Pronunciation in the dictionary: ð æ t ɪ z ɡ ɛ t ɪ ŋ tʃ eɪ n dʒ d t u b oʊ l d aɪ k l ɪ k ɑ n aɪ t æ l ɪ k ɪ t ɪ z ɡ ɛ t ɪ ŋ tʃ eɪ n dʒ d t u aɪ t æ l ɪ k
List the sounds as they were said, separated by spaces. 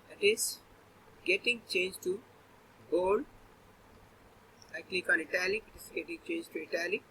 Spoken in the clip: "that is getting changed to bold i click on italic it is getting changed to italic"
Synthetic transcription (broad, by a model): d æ t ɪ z ɡ ɛ t ɪ ŋ tʃ eɪ n dʒ t u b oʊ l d aɪ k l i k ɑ l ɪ t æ l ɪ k ɪ t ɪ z ɡ ɛ t ɪ ŋ tʃ eɪ n dʒ t u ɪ t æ l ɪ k